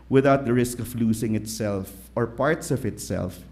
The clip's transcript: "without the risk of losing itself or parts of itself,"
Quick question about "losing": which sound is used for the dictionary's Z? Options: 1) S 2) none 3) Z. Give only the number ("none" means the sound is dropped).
1